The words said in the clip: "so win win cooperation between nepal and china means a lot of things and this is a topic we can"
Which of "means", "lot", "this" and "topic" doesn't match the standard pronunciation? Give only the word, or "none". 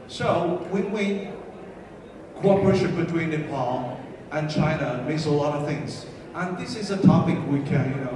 means